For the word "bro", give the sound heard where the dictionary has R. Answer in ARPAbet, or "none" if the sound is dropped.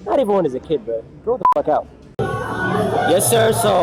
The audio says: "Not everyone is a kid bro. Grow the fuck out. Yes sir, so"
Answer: none